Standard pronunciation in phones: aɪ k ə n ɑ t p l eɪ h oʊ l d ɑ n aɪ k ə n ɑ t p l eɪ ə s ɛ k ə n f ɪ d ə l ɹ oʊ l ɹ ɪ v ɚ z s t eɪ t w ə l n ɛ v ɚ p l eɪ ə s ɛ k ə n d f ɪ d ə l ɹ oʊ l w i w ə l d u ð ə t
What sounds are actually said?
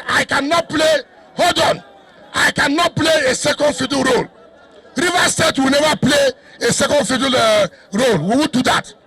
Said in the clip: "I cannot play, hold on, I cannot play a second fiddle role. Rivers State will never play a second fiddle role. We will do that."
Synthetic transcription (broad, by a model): aɪ k ə n ɑ t p l eɪ h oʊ d ɑ n aɪ k ə n ɑ t p l eɪ ə s ɛ k ə n f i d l ɹ oʊ l ɹ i v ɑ s t eɪ t w ə l n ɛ v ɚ p l eɪ ə s ɛ k ə n d f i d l ɹ oʊ l w i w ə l d u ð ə t